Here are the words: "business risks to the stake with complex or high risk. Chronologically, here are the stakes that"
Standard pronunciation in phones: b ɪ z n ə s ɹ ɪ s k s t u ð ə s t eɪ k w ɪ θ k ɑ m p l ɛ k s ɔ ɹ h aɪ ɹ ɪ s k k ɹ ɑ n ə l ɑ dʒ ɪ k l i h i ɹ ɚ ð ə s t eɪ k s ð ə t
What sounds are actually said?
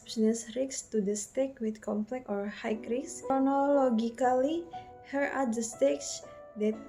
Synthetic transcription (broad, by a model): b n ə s ɹ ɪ k s t u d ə s t eɪ k w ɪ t k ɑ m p l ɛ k ɔ ɹ h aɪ ɹ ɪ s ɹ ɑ n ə l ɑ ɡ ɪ k l i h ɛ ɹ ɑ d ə s t eɪ k s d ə t